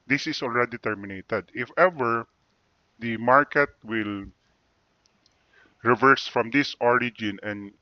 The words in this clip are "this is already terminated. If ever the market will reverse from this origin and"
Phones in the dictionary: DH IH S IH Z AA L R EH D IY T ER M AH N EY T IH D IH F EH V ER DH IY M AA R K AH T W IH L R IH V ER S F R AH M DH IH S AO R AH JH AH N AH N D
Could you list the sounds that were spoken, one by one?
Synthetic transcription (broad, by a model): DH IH S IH S AA L R EH D IY T ER M AH N EY T IH D IH F EH V ER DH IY M AA R K AH T W IH L R IH V ER S F R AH M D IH S AO R AH JH AH N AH N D